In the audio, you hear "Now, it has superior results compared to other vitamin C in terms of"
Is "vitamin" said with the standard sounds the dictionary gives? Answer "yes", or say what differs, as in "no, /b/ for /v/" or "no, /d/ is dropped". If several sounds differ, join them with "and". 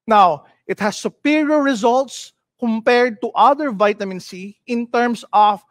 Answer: yes